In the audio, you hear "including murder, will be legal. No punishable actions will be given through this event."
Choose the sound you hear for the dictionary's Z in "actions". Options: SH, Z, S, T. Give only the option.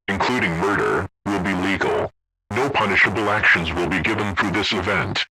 Z